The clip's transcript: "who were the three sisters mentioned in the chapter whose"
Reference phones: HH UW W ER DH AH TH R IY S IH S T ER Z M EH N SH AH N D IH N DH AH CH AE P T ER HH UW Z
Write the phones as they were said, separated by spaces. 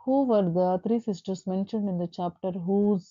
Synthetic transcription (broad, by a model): HH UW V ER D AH T R IY S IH S T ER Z M EH N SH AH N D IH N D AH CH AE P T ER HH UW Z